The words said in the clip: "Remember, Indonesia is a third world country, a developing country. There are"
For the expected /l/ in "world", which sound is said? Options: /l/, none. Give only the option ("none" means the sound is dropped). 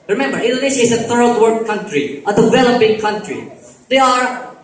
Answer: none